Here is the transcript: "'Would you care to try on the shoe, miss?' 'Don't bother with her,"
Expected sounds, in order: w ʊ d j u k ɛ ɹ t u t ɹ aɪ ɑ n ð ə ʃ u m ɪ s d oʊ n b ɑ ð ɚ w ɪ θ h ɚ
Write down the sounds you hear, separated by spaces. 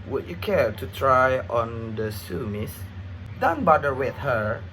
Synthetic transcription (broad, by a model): w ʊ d j u k ɛ ɹ t u t ɹ aɪ ɑ n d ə s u m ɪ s d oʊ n b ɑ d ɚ w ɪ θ h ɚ